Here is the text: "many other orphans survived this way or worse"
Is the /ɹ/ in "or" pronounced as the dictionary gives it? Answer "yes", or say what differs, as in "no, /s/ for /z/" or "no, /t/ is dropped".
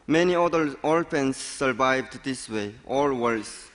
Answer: no, /l/ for /ɹ/